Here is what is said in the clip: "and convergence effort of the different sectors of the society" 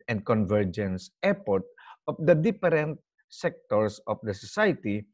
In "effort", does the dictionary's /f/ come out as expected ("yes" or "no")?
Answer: no